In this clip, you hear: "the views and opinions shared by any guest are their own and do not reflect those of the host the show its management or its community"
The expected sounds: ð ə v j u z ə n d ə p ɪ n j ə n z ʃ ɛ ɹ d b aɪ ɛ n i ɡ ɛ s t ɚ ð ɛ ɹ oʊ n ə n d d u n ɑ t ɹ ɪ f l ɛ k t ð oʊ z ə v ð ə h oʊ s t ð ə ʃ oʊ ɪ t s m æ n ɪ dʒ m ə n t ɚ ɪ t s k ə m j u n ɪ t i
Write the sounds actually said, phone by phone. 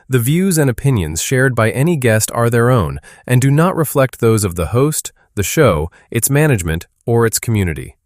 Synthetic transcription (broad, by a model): ð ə v j u z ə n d ə p ɪ n j ə n z ʃ ɛ ɹ d b aɪ ɛ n i ɡ ɛ s t ɚ ð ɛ ɹ oʊ n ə n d d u n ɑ t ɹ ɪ f l ɛ k t ð oʊ z ə v ð ə h oʊ s t ð ə ʃ oʊ ɪ t s m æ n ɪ dʒ m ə n t ɚ ɪ t s k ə m j u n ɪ t i